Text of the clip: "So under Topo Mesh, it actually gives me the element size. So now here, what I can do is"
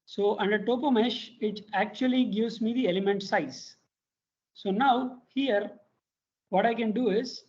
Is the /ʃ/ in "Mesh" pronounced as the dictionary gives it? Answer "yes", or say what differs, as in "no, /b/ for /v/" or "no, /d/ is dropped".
yes